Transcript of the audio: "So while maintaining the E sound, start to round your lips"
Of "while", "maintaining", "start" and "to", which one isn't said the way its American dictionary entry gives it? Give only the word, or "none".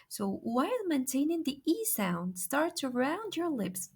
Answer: to